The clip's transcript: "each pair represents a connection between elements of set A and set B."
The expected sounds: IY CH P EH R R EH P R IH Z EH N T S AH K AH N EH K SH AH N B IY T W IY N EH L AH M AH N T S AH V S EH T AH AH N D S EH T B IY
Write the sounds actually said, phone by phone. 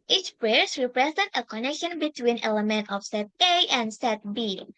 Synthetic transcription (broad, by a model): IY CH P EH R R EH P R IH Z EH N T AH K AH N EH K SH AH N B IY T W IY N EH L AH M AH N T AH F S EH T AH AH N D S EH T B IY